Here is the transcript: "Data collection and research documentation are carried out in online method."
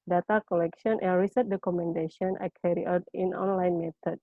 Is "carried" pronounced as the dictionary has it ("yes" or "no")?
no